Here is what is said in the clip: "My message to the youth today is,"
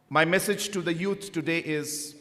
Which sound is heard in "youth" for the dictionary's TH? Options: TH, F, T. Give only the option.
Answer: T